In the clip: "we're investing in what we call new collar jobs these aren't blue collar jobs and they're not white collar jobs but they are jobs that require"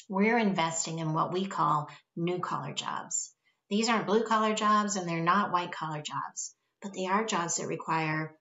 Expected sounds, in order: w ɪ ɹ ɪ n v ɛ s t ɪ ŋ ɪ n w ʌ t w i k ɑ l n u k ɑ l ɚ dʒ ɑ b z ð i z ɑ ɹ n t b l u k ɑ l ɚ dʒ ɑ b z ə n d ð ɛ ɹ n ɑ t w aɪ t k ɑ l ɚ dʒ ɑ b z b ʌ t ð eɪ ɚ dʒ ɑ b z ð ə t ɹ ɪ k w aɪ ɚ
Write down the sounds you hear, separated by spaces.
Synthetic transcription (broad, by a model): w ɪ ɹ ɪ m v ɛ s t ɪ ŋ ɪ n w ʌ t w i k ɑ l n u k ɑ l ɚ dʒ ɑ b z ð i z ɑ ɹ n b l u k ɑ l ɚ dʒ ɑ b z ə n ð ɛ ɹ n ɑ t w aɪ t k ɑ l ɚ dʒ ɑ b z b ʌ t ð eɪ ɚ dʒ ɑ b z ð ə t ɹ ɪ k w aɪ ɚ